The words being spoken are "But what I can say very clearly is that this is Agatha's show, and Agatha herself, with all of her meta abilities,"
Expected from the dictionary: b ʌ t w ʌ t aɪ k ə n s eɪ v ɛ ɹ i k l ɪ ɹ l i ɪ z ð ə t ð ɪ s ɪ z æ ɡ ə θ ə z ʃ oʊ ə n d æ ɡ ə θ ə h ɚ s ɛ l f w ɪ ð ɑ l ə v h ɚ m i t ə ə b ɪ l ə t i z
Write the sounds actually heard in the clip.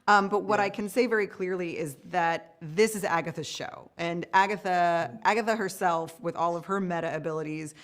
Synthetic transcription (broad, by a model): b ʌ t w ʌ t aɪ k ə n s eɪ v ɛ ɹ i k l ɪ ɹ l i ɪ z ð ə t ð ɪ s ɪ z æ ɡ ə θ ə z ʃ oʊ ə n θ æ ɡ ə θ ə h ɚ s ɛ l f w ɪ ð ɑ l ə v ɚ m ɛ t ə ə b ɪ l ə t i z